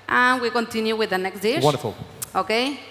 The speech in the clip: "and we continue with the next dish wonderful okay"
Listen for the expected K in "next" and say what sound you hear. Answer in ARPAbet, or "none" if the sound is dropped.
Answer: K